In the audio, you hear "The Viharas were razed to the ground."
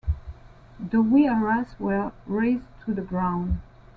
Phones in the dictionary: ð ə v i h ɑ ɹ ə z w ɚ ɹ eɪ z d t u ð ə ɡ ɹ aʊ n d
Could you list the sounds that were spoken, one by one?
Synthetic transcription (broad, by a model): ð ə w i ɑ ɹ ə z w ɚ ɹ eɪ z t u ð ə ɡ ɹ aʊ n d